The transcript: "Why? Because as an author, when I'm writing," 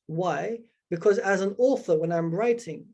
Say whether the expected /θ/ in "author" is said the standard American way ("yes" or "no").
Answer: yes